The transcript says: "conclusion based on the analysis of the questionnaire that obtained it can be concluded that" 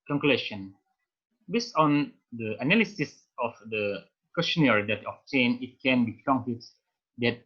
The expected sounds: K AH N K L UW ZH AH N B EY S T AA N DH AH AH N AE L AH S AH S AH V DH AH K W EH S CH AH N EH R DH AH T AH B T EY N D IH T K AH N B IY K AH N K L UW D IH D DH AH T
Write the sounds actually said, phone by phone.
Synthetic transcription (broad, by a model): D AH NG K L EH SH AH N B EY S T AA N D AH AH N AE L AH S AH S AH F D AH K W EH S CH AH N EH R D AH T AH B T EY N IH T K AH N B IY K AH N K UW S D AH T